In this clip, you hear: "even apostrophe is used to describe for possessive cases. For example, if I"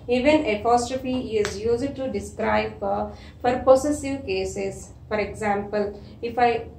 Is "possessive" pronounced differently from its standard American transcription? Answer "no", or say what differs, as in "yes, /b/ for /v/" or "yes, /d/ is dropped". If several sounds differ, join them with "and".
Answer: yes, /s/ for /z/